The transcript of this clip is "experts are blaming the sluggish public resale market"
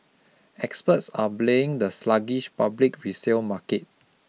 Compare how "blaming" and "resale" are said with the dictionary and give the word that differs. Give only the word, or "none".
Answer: blaming